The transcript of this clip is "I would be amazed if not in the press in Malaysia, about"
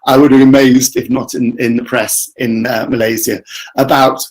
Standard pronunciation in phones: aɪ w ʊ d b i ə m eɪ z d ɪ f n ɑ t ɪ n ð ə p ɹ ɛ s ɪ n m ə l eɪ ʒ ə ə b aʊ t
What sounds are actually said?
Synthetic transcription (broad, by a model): aɪ w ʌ d b i ə m eɪ z d ɪ f n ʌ t ɪ n ð ə p ɹ ɛ s ɪ n m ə l eɪ z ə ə b aʊ t